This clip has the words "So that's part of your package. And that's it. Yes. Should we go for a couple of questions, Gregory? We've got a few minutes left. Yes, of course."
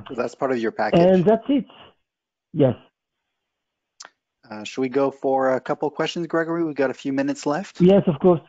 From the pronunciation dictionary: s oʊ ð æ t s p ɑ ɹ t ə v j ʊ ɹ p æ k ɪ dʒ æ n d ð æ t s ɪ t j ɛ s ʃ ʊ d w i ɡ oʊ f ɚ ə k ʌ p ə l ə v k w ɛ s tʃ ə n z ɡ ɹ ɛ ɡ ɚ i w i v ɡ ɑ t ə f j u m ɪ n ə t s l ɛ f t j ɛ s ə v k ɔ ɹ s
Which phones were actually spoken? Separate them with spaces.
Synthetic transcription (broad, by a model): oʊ ð æ t s p ɑ ɹ t ə v j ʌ ɹ p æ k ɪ n ð æ t s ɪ t j ɛ s ʃ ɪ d w i ɡ oʊ f ɚ ə k ʌ p l k w ɛ s tʃ ə n z ɡ ɹ ɛ ɡ ɚ i w i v ɡ ɑ t ə f j u m ɪ n ə t s l ɛ f t j ɛ s ə v k ɔ ɹ s